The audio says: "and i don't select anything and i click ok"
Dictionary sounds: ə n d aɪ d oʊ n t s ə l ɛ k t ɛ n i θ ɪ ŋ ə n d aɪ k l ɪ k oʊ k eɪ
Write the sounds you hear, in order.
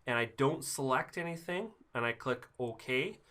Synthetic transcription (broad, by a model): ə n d aɪ d oʊ n t s ə l ɛ k t ɛ n i θ ɪ ŋ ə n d aɪ k l ɪ k oʊ k eɪ